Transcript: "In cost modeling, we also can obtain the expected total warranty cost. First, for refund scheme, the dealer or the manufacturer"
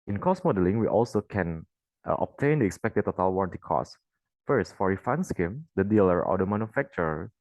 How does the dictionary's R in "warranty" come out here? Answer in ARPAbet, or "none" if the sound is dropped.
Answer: R